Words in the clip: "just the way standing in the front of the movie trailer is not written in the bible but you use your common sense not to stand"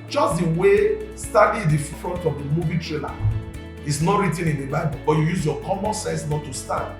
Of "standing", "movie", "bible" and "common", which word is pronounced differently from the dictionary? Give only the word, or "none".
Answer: standing